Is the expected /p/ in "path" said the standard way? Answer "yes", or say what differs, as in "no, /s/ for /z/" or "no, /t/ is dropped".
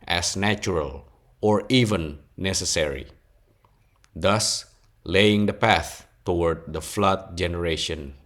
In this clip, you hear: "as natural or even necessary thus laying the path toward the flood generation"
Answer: yes